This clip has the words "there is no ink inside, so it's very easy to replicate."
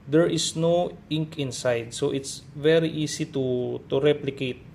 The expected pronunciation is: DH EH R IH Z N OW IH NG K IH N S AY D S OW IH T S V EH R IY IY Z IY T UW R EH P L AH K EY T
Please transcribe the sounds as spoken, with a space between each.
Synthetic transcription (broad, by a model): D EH R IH S N OW IH NG K IH N S AY D S OW IH T S V EH R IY IY S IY T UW R EH P L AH K EY T